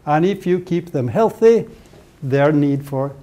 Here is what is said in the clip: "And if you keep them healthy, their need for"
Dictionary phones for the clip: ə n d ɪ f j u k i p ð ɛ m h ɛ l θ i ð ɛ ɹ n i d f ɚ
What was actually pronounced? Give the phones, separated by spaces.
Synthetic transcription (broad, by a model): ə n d ɪ f j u k i p ð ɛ m h ɛ l θ i ð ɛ ɹ n i d f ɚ